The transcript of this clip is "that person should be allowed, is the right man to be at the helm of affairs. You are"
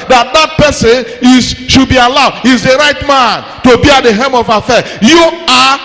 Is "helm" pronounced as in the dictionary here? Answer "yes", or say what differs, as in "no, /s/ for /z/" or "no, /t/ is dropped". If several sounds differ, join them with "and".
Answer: no, /l/ is dropped